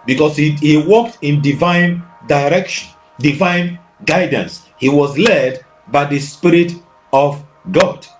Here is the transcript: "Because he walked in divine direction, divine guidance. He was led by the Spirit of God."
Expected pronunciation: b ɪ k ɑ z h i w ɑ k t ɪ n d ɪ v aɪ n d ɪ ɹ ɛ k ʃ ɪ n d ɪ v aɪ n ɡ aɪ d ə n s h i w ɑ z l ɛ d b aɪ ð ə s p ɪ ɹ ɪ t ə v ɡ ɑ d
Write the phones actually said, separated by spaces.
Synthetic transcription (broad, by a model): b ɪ k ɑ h h i w ɑ k t ɪ n d ɪ v aɪ n d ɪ ɹ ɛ k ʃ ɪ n d ɪ v aɪ n ɡ aɪ d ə n s h i w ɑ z l ɛ d b aɪ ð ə s p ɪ ɹ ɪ t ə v ɡ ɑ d